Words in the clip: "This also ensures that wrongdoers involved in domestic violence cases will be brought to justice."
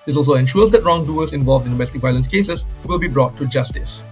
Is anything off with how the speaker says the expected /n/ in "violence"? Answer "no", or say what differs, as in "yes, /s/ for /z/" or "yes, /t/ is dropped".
no